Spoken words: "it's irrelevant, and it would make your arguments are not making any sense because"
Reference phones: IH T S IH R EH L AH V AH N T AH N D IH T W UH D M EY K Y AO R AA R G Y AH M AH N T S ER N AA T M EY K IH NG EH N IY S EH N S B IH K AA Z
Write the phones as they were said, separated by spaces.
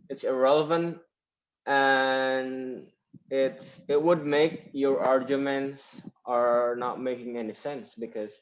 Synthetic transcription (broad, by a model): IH T S IH R EH L AH V AH N T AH N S IH T W UH D M EY K Y AO R AA R G Y AH M AH N T S ER N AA T M EY K IH NG EH N IY S EH N S B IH K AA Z